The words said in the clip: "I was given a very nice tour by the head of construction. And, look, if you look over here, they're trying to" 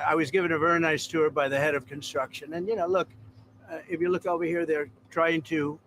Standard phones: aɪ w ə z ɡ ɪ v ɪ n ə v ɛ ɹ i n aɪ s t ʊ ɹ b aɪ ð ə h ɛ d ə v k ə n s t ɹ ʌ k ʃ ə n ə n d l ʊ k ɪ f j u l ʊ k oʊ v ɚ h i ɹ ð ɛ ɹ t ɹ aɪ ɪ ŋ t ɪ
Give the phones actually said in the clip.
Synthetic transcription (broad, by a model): aɪ w ə z ɡ ɪ v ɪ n ə v ɛ ɹ i n aɪ s t ʊ ɹ b aɪ ð ə h ɛ d ə v k ə n s t ɹ ʌ k ʃ ə n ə n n l ʊ k ɪ f j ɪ l ʊ k oʊ v ɚ h i ɹ ð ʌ ɹ t ɹ aɪ ɪ ŋ t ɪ